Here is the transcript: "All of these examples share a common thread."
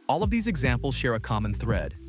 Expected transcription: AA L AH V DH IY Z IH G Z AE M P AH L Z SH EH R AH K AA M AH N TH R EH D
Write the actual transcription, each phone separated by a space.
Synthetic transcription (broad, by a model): AA L AH V DH IY Z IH G Z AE M P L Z SH EH R AH K AA M AH N TH R EH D